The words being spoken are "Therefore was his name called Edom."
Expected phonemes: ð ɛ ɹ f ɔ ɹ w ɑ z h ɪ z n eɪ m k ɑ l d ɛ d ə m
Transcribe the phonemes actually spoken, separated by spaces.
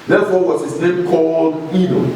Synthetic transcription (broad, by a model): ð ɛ f ɔ w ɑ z h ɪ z n eɪ m k ɑ l d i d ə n